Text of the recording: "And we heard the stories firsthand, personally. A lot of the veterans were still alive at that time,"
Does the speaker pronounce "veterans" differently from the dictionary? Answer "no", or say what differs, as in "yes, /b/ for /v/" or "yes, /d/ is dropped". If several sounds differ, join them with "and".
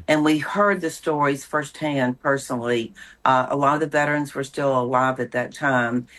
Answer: no